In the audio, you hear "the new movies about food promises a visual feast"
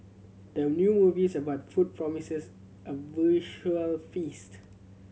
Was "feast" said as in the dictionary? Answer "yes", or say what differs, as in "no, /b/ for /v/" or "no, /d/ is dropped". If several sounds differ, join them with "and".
yes